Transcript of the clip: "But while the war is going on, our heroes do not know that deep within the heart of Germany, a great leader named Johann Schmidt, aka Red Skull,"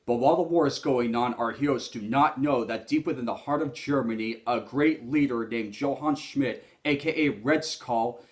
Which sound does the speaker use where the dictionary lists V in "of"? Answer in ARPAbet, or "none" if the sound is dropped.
V